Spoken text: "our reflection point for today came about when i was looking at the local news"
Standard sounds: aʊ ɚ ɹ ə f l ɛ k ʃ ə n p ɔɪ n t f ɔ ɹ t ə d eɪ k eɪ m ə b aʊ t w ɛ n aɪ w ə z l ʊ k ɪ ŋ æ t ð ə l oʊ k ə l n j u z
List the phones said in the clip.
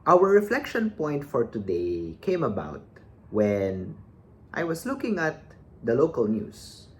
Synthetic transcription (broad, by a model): aʊ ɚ ɹ ə f l ɛ k ʃ ə n p ɔɪ n t f ɔ ɹ t ə d eɪ k eɪ m ə b aʊ t w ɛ n aɪ w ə s l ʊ k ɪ ŋ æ t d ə l oʊ k ə l n j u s